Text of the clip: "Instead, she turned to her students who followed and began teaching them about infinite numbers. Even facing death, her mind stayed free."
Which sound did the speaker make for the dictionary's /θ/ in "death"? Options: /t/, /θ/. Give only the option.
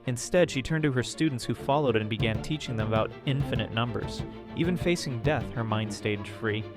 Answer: /θ/